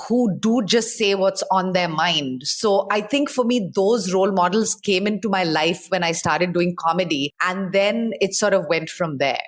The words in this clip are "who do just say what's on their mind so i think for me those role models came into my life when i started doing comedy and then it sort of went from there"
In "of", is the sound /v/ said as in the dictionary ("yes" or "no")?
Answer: yes